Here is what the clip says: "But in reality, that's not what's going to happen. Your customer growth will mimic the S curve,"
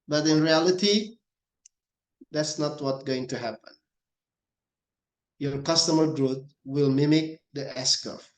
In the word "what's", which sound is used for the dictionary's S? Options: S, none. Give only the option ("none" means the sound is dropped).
none